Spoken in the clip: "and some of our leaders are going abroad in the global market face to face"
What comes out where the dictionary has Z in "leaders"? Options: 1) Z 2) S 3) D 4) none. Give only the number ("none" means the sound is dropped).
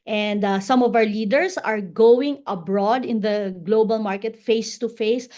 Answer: 2